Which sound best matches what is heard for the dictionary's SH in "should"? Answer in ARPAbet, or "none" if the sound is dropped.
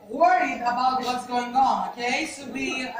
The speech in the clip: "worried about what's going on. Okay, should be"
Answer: S